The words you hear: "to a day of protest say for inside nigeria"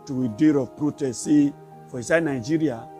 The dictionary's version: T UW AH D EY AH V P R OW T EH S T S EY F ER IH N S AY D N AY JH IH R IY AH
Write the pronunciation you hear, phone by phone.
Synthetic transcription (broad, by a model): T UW AH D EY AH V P R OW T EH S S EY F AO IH S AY N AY JH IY R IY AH